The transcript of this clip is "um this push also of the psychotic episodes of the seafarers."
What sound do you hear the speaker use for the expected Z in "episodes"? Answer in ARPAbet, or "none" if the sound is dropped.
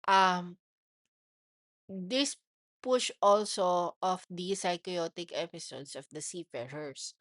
S